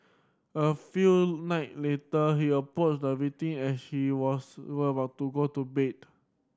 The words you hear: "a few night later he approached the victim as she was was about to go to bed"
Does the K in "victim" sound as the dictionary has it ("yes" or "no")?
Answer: no